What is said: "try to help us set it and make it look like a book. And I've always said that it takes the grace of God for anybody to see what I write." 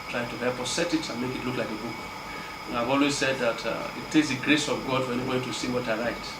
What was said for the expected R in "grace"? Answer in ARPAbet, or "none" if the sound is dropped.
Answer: R